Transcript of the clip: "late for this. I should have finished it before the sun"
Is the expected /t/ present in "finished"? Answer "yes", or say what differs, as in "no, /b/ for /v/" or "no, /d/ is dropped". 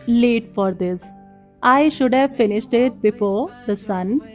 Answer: yes